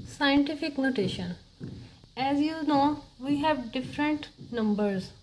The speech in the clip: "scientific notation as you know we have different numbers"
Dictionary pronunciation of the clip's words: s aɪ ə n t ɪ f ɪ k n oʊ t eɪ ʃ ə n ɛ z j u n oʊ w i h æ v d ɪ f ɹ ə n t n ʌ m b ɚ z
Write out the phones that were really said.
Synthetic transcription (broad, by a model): s aɪ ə n t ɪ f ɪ k n oʊ t eɪ ʃ ə n ɛ z j u n oʊ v i h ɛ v d ɪ f ɹ ə n t n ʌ m b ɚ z